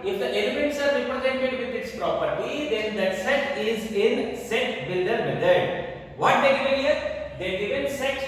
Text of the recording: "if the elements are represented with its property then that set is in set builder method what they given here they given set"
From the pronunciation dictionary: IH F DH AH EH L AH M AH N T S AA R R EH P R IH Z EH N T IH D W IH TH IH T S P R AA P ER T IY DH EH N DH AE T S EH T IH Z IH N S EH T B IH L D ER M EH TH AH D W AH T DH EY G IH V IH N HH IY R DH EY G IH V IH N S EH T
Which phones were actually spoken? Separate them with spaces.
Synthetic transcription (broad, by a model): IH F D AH EH L AH M AH N T S AA R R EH P R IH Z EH N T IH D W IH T IH T S P R AA P ER T IY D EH N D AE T S EH T IH Z IH N S EH T B IH L D ER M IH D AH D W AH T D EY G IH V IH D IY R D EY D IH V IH N S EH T